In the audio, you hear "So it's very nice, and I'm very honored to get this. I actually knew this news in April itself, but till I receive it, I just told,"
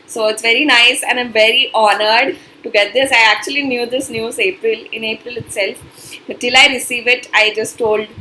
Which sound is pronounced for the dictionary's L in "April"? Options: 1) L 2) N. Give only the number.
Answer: 1